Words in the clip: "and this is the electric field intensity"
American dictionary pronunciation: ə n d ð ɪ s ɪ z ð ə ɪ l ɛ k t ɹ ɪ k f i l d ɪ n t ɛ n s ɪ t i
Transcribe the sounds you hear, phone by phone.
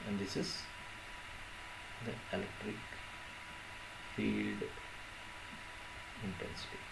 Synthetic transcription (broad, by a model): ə n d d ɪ s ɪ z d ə ɪ l ɛ k t ɹ ɪ k f i l d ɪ n t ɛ n s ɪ t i